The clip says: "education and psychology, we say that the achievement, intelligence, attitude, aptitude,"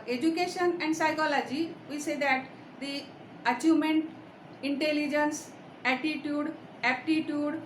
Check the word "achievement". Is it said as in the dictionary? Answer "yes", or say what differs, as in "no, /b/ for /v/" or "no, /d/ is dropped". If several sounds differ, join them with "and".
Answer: no, /v/ is dropped